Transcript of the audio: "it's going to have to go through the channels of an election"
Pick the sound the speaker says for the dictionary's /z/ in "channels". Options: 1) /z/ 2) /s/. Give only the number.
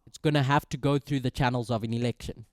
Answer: 1